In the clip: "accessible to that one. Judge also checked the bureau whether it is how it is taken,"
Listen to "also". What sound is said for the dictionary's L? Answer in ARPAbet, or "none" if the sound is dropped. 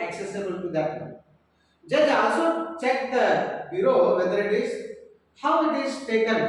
none